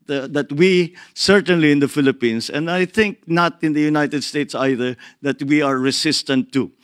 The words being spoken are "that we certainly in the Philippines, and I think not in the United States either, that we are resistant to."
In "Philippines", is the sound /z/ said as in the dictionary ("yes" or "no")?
no